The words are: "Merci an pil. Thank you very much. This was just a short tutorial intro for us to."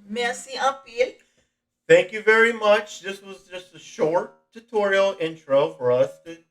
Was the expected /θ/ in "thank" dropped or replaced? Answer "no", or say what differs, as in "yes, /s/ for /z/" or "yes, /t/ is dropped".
no